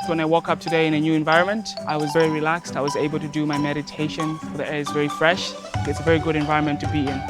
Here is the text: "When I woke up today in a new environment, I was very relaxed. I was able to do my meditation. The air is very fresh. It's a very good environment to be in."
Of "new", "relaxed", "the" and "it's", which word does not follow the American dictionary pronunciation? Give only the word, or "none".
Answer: none